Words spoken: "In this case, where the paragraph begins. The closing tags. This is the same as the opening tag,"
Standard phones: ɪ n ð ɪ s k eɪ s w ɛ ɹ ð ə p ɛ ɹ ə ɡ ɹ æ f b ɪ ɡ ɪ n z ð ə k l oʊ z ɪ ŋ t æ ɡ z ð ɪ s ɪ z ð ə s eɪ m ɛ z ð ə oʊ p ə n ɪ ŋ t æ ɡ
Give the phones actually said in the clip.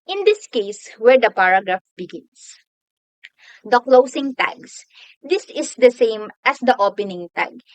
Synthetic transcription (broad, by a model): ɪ n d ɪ s k eɪ s w ɛ ɹ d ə p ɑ ɹ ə ɡ ɹ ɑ f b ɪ ɡ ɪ n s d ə k l oʊ s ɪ ŋ t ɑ ɡ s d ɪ s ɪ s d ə s eɪ m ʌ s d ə oʊ p ə n ɪ ŋ t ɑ ɡ